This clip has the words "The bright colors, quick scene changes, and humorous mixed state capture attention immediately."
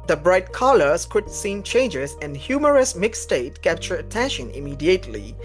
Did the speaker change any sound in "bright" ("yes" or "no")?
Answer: no